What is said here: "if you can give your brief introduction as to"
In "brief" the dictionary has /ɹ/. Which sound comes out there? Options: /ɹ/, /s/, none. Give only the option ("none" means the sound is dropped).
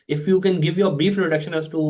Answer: none